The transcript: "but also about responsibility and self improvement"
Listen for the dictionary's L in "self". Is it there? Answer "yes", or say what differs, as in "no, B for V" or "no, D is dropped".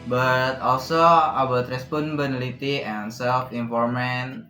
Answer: yes